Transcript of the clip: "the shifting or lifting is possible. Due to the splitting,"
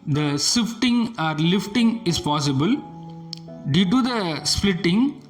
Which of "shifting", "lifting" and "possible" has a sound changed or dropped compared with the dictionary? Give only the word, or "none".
shifting